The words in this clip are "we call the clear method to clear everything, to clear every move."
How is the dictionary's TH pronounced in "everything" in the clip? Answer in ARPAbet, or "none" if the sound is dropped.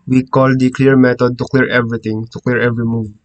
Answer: T